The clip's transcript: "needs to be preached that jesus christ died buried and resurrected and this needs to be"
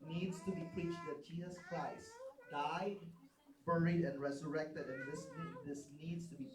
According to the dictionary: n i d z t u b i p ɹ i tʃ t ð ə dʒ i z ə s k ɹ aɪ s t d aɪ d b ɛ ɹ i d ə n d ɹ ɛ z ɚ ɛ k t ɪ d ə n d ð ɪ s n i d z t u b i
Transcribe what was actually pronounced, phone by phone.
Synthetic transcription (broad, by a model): n i d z t u b i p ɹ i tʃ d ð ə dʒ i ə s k l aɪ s d aɪ d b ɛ ɹ i d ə n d ɹ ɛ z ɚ ɛ k t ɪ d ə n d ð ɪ s n i d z t u b i